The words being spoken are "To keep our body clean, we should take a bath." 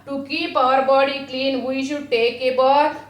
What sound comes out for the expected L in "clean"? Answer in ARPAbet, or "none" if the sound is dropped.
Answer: L